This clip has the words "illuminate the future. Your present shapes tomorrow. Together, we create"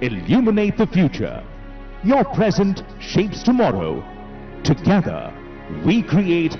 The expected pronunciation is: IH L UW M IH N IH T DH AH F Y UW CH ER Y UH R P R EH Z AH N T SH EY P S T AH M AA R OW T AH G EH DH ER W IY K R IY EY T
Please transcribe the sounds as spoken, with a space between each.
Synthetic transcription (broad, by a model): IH L UW M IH N IH T DH AH F Y UW CH ER Y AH R P R EH Z AH N T SH EY P S T AH M AA R OW T AH G EH DH ER W IY K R IY EY T